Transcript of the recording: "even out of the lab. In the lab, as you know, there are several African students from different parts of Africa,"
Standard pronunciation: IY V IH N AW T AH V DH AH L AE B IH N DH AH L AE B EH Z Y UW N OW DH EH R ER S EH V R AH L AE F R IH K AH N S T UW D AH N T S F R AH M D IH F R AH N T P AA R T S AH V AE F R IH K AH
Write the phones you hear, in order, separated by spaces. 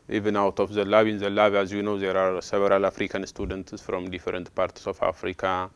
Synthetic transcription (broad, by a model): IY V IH N AW T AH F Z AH L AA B IH N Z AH L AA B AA Z Y UW N OW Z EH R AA S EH B R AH L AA F R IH K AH N S T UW D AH N T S F R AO M D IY F R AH N T P AA R T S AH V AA F R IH K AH